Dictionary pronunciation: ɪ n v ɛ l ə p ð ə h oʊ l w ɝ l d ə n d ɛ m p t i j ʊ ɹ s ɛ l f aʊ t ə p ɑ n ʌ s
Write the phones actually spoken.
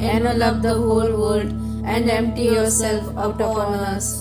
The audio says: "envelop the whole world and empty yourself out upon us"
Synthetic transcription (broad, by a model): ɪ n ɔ l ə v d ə h oʊ l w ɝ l d ə n d ɛ m p t i j ʊ ɹ s ɛ l f aʊ t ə f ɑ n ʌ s